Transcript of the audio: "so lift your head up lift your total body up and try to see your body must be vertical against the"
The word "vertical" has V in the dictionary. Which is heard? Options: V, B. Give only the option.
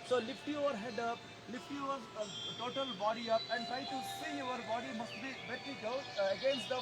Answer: B